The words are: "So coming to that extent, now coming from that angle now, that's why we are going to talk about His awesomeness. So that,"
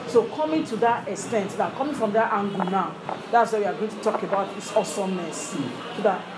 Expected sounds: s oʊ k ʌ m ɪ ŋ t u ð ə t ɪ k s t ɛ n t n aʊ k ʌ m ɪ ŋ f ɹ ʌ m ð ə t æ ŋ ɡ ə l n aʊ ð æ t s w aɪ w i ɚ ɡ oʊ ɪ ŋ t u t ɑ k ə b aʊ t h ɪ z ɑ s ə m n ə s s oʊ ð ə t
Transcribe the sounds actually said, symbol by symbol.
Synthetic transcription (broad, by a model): s oʊ k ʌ m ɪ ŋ t u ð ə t ɪ k s t ɛ n t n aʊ k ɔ m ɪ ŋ f ɹ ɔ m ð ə t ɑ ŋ ɡ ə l n aʊ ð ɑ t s w aɪ w i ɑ ɡ oʊ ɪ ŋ t u t ɑ k ə b aʊ t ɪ s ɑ s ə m ə s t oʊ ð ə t